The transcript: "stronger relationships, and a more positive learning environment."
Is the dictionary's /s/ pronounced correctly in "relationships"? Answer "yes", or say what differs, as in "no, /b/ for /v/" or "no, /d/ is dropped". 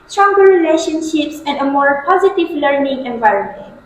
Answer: yes